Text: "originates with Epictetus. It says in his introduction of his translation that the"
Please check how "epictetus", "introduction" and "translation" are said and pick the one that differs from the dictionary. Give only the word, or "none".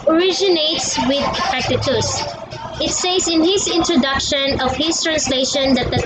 epictetus